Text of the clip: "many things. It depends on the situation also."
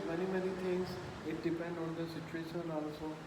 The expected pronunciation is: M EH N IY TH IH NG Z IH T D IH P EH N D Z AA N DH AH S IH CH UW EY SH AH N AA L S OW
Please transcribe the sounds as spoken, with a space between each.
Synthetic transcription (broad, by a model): M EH N IY T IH NG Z IH T D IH P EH N D AA N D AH S IH CH UW EY SH AH N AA L S OW